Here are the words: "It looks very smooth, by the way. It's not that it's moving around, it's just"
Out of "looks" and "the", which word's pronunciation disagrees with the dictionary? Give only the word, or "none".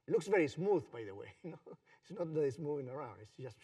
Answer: none